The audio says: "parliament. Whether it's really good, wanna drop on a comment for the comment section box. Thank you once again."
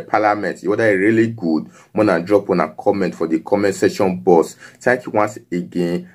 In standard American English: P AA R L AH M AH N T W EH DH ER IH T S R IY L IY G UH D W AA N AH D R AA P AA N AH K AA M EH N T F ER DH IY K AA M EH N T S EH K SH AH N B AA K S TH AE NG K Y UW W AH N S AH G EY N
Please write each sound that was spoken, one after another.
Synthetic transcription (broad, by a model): P AA L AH M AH N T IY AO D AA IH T R IY L IY G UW D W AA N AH D R AA P AA N AH K AA M EH N T F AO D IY K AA M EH N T S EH SH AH N B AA S T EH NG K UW W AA N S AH G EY N